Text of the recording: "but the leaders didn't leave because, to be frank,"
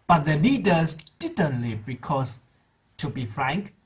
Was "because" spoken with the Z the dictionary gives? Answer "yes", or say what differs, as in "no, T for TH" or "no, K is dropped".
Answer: no, S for Z